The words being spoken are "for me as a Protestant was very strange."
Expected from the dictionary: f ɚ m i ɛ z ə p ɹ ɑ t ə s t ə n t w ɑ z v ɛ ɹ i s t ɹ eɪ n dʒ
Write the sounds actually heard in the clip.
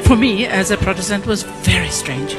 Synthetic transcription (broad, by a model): f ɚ m i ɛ z ə p ɹ ɑ t ə s t ə n t w ɑ z v ɛ ɹ i s t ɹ eɪ n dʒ